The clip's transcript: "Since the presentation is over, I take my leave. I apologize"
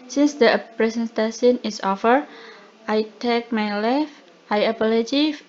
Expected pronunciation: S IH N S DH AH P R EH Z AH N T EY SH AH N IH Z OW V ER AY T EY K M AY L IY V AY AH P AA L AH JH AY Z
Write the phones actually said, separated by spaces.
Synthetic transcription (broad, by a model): S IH N S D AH P R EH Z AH N T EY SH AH N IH S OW F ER AY T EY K M AY L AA F AY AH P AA L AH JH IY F